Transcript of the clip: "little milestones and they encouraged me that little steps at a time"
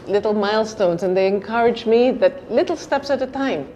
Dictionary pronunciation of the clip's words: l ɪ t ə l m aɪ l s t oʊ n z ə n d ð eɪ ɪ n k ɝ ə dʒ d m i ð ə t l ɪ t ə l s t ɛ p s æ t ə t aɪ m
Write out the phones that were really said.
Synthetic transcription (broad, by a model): l ɪ t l m aɪ l s t oʊ n z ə n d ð eɪ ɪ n k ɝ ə dʒ m i ð ə t l ɪ t l s t ɛ p s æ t ə t aɪ m